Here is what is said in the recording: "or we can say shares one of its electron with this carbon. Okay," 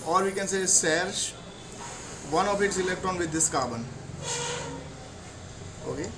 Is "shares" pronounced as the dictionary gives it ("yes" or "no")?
no